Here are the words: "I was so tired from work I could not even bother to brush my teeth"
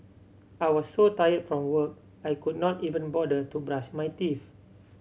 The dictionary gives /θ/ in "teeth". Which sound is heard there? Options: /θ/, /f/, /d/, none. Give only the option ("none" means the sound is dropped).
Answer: /f/